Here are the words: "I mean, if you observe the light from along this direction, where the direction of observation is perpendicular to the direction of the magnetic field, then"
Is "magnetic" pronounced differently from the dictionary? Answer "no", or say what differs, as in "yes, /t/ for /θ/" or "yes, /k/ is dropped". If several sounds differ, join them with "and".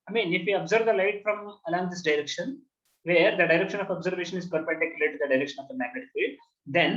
yes, /n/ is dropped